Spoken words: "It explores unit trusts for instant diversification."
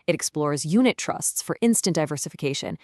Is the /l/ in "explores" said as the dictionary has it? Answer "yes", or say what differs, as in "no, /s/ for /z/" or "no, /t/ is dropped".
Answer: yes